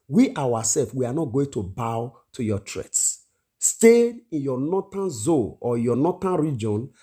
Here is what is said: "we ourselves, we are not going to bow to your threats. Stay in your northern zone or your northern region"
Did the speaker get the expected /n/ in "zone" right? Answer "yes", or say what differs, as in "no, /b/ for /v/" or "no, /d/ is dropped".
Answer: no, /l/ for /n/